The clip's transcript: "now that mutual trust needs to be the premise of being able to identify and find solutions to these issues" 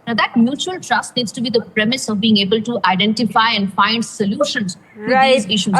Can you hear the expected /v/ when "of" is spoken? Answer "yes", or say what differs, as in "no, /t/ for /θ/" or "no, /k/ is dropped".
yes